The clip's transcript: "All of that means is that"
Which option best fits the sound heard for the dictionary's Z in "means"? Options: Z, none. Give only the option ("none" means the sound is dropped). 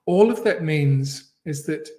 Z